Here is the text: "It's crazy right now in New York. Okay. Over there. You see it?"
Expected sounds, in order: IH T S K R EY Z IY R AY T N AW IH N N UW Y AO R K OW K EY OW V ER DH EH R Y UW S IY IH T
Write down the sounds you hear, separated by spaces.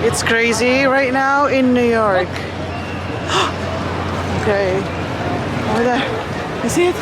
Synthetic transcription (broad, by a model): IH T S K R EY Z IY R AY T N AW IH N N UW Y AO R K OW K EY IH ER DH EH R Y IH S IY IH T